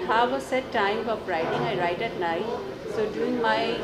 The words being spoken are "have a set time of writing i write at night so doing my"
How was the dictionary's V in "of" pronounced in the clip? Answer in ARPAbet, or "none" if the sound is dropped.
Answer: P